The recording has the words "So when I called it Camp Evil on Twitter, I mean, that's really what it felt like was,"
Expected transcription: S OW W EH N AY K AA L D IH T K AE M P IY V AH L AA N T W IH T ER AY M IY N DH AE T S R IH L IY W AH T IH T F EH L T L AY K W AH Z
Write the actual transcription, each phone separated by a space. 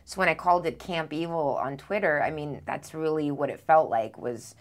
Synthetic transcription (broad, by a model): S OW W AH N AY K AA L D IH T K AE M P IY V L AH N T W IH T ER AY M IY N DH AE T S R IH L IY W AH T IH T F EH L T L AY K W AH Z